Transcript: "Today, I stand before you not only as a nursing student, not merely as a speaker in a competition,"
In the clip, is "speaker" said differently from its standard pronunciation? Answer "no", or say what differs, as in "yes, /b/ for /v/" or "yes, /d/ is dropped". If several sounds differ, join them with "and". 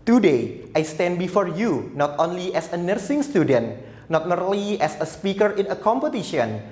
no